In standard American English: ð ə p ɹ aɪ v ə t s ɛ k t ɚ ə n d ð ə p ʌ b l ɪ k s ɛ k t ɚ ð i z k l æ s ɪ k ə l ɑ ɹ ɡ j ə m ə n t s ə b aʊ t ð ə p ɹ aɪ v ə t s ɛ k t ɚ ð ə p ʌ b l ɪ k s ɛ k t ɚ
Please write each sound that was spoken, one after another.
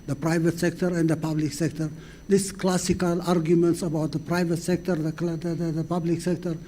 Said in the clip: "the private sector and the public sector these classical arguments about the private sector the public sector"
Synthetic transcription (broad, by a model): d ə p ɹ aɪ v ə t s ɛ k t ɚ ə n d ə p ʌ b l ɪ k s ɛ k t ɚ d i s k l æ s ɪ k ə l ɑ ɹ ɡ j ə m ə n t s ə b aʊ t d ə p ɹ aɪ v ə t s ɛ k t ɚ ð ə p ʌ b l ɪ k s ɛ k t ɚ